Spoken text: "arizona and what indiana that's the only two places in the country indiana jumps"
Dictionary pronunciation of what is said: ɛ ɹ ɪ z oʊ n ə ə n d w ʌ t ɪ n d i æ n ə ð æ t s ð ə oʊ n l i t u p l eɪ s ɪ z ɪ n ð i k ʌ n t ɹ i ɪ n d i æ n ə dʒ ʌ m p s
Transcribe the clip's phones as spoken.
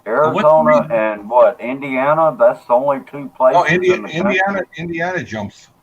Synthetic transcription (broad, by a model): ɛ ɹ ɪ z oʊ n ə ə n w ʌ t ɪ n d i æ n ə ð æ t s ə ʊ n l i t u p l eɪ ɪ ɪ n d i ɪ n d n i ɪ n d i æ n ə dʒ ʌ m p s